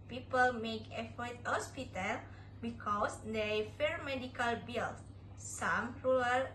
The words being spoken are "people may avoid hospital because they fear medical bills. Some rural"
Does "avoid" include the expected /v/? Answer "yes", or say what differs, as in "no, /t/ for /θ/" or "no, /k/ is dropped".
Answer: no, /f/ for /v/